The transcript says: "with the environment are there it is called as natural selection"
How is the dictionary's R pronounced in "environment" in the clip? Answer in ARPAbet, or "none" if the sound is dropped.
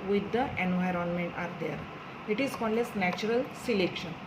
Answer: R